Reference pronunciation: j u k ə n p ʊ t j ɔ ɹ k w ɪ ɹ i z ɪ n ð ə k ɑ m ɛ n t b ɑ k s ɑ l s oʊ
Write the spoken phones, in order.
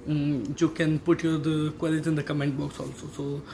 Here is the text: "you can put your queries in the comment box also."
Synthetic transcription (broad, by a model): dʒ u k ə n p ʊ t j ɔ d k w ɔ l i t ɪ n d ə k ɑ m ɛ n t b ɑ k s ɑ l s oʊ